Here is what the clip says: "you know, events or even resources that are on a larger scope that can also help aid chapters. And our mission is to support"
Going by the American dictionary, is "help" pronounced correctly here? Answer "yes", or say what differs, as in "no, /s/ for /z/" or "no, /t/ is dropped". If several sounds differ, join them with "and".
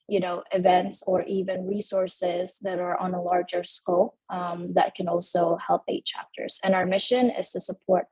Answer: yes